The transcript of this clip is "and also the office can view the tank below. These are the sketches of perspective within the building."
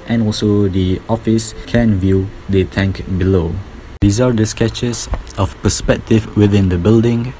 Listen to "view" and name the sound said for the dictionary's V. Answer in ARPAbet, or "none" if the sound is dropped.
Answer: V